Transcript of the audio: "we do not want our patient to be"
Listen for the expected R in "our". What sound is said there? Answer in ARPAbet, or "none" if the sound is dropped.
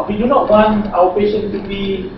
W